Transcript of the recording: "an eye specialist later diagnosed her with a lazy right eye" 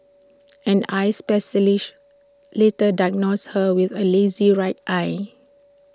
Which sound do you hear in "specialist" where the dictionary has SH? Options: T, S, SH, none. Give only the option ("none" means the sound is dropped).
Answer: S